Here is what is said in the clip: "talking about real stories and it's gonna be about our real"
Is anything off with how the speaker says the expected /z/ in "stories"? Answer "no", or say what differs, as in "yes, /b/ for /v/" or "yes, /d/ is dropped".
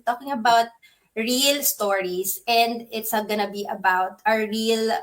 yes, /s/ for /z/